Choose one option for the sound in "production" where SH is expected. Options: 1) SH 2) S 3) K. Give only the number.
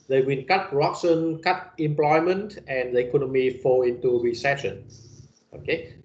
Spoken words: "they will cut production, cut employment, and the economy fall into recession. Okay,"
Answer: 2